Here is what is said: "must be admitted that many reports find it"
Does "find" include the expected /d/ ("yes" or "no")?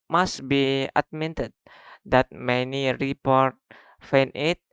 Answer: no